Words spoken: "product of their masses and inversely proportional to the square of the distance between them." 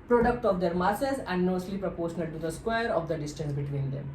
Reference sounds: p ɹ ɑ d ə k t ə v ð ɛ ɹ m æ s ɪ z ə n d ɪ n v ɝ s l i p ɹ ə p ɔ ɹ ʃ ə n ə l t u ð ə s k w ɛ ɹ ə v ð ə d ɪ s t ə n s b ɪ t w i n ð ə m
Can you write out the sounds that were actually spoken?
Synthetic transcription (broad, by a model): p ɹ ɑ d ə k t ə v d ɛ ɹ m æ s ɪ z ə n d n ɔ s l i p ɹ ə p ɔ ɹ ʃ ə n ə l t u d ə s k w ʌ ɹ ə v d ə d ɪ s t ə n s b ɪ t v i n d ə m